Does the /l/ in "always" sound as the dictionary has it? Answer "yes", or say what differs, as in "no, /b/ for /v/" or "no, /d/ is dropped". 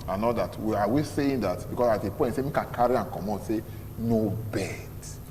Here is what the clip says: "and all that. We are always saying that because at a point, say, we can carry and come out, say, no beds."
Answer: no, /l/ is dropped